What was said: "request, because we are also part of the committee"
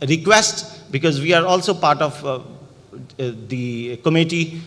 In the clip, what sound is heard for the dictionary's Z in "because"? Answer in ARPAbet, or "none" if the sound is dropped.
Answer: Z